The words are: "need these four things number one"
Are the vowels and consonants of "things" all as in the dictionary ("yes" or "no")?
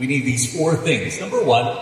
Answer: yes